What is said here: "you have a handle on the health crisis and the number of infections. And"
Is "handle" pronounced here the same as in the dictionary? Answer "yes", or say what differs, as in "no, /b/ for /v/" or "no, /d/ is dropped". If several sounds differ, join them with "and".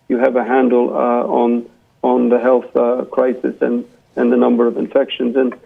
no, /n/ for /l/